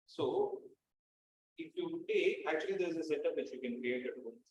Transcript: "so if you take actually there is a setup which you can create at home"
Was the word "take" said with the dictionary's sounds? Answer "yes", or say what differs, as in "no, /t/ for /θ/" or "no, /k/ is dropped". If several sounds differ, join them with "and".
no, /k/ is dropped